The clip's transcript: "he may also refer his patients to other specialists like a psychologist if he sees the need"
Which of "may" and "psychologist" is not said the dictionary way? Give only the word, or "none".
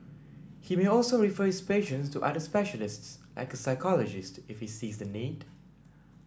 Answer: none